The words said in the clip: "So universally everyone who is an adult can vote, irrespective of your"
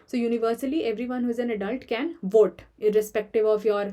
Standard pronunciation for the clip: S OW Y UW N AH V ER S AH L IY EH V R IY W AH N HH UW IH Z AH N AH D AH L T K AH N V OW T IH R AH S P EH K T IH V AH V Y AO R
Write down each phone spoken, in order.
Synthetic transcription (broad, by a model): S OW Y UW N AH V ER S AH L IY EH V R IY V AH N HH UW IH Z AH N AH D AH L T K AH N V OW T IH R AH S P EH K T IH V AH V Y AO R